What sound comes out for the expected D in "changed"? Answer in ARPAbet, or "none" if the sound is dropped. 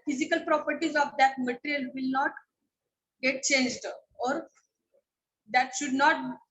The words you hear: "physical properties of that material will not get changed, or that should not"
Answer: D